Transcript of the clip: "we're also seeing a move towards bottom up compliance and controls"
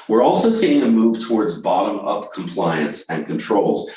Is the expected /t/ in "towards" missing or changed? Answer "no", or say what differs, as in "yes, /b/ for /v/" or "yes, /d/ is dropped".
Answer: no